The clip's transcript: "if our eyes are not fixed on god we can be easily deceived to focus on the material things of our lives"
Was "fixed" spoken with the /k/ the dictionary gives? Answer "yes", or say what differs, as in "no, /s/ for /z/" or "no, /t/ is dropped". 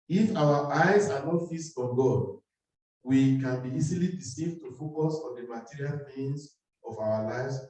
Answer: no, /k/ is dropped